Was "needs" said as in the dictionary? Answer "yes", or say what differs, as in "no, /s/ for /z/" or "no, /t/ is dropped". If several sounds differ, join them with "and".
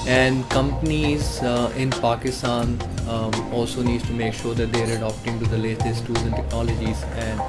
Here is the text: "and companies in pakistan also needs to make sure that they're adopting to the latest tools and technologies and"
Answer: no, /z/ is dropped